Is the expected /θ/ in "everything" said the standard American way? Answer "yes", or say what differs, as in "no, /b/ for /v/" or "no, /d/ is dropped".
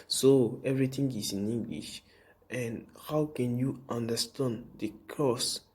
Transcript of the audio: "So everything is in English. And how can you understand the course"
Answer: no, /t/ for /θ/